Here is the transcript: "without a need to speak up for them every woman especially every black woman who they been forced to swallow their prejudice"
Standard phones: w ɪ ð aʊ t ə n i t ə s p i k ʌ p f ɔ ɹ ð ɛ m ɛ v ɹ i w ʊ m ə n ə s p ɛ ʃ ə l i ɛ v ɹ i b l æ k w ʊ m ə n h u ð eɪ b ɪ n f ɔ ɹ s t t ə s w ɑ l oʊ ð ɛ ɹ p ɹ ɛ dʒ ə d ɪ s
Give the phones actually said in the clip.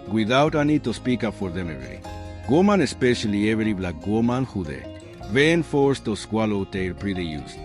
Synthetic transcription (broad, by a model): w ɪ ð aʊ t ə n i t ə s p i k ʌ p f ɔ ɹ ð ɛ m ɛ ɹ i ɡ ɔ m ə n ə s p ɛ ʃ ə l i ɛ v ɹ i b l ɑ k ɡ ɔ m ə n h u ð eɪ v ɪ n f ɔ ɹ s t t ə s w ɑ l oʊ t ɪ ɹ p ɹ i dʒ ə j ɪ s